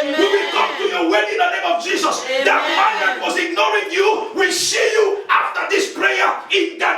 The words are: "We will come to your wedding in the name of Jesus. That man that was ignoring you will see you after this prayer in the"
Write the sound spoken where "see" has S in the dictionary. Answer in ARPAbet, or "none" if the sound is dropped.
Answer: SH